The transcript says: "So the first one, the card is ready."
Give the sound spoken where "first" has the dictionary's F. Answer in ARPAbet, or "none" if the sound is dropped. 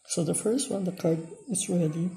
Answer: F